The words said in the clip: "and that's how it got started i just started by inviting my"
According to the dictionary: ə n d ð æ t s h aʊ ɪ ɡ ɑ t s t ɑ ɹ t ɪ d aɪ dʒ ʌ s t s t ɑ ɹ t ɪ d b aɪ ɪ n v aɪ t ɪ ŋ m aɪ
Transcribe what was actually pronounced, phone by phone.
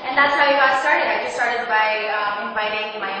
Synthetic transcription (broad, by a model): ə n ð æ t s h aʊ ɪ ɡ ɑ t s t ɑ ɹ t ɪ d aɪ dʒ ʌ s s t ɑ ɹ t ɪ d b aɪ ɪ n b aɪ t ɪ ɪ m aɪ